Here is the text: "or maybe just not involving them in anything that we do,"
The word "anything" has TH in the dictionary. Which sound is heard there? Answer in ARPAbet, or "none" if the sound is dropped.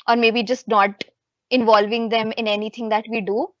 T